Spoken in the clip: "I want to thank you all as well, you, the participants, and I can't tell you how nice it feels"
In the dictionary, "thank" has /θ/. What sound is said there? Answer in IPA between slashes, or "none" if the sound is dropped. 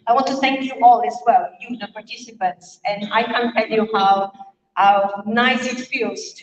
/θ/